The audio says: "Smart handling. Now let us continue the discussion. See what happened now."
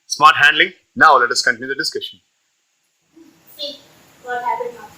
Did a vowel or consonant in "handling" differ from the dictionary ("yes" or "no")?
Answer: no